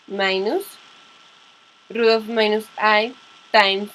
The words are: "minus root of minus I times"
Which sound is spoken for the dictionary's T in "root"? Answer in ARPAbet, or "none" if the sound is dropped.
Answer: none